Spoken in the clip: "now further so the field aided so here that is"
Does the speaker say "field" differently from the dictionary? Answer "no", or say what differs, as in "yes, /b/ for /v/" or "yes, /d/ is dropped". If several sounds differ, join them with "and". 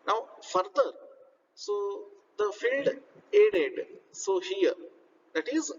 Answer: no